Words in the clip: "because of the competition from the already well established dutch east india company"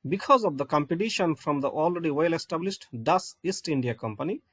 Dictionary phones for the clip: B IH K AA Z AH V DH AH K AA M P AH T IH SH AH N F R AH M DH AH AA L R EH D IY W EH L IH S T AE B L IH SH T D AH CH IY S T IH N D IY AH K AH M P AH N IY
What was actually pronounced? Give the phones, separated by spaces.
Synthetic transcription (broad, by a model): B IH K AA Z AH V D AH K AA M P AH T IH SH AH N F R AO M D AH AA L R EH D IY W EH L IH S T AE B L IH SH T D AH S IY S T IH N D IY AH K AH M P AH N IY